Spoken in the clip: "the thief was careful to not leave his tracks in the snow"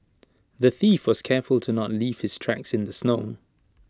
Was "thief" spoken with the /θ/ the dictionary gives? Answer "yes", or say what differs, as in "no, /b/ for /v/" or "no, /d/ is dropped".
yes